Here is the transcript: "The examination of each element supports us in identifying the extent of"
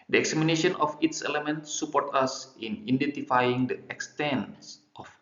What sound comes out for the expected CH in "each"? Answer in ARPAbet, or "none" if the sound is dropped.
S